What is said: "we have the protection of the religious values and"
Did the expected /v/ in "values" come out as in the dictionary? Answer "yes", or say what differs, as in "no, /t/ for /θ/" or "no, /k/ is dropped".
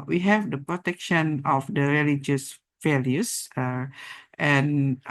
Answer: no, /f/ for /v/